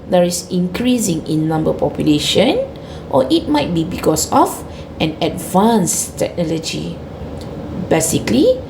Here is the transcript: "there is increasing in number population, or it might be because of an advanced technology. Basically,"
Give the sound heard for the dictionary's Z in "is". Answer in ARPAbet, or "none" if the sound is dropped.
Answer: S